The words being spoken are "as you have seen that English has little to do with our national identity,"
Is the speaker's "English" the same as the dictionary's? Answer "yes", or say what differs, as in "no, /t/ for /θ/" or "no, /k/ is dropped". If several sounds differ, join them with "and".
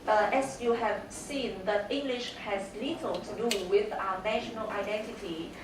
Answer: yes